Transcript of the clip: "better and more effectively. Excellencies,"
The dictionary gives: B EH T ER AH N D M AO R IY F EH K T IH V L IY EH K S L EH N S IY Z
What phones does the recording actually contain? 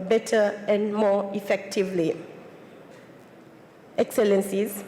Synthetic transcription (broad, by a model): B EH T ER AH N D M AO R IY F EH K T IH V L IY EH K S L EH N S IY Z